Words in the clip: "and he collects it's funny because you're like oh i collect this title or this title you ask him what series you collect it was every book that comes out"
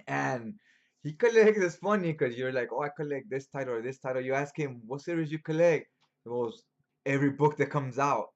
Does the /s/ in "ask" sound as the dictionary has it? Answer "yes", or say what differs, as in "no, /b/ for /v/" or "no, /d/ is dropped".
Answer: yes